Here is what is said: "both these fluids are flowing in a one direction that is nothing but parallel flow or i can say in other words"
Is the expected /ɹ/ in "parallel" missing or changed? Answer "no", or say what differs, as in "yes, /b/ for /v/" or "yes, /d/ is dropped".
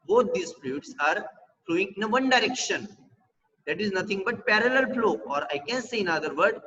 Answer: no